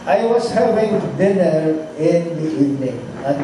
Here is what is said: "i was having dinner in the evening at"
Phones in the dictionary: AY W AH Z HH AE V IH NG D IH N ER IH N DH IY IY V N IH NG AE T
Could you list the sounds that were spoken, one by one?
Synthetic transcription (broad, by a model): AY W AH S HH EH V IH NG D IH N ER IH N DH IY IY V N IH NG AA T